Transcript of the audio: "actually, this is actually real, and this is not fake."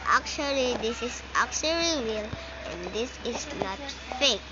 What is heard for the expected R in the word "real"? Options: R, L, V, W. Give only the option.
W